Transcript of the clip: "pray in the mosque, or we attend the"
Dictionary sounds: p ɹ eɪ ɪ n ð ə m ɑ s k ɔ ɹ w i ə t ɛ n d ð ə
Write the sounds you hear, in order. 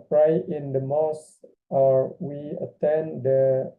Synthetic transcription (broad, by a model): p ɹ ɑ ɪ n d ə m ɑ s ɔ ɹ w i ə t ɛ n d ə